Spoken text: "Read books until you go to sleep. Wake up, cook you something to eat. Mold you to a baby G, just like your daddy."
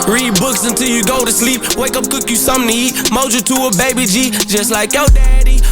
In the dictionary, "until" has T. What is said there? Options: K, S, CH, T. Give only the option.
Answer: T